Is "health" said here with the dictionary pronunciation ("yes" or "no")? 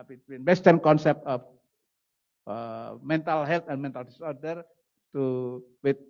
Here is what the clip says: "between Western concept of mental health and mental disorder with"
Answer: no